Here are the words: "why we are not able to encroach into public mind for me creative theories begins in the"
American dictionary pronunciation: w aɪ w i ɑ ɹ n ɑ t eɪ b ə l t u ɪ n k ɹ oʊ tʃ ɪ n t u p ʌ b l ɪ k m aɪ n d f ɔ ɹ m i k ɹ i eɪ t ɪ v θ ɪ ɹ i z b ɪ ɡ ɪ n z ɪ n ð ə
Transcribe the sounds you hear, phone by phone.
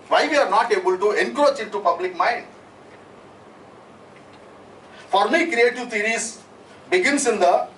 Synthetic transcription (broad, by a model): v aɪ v i ɑ ɹ n ɑ t eɪ b ə l t u ɪ n k ɹ oʊ tʃ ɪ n t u p ʌ b l ɪ k m aɪ n d f ɔ ɹ m i k ɹ i eɪ t ɪ v t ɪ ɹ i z b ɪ ɡ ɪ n s ɪ n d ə